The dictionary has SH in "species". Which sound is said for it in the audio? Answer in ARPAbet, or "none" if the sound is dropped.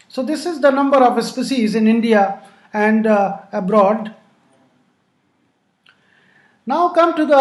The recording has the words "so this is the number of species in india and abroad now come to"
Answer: S